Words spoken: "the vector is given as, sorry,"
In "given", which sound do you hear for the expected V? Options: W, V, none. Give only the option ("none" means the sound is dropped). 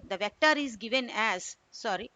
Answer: V